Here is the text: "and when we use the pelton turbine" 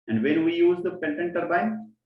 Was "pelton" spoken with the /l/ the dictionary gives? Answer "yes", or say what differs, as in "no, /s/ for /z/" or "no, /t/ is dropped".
no, /n/ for /l/